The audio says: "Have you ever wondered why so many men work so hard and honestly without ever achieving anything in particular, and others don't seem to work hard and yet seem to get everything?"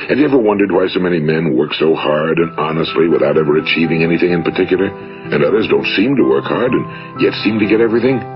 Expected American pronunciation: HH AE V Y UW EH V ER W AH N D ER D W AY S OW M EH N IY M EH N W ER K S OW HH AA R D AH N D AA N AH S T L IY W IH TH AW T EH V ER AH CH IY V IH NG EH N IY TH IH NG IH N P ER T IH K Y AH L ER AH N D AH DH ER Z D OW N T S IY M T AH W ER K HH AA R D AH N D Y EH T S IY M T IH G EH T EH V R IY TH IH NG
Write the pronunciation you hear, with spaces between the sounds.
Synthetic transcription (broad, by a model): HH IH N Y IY EH V ER W AH N D ER D W AY S OW M EH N IY M EH N W ER K S OW HH AA R D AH N AA N AH S T L IY W IH TH AW T EH V ER AH CH IY V IH NG EH N IY TH IH NG IH N P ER T IH K Y L ER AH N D AH DH ER Z D OW N T S IY M T AH W ER K HH AA R D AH N Y EH T S IY M T IH G EH T EH V R IY TH IH NG